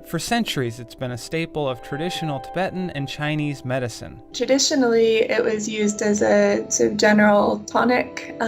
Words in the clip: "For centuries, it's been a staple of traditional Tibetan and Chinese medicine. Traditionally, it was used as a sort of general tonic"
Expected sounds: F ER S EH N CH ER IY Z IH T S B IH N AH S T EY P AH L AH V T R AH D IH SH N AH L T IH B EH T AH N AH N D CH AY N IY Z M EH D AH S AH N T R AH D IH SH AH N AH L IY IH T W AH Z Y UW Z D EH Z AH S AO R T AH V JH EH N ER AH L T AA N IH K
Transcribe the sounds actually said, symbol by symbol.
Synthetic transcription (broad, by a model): F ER S EH N CH ER IY Z IH T S B IH N AH S T EY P L AH V T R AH D IH SH N L T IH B EH T N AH N CH AY N IY Z M EH D AH S AH N T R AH D IH SH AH N L IY IH T W AH Z Y UW Z D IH Z AH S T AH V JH EH N ER L T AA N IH K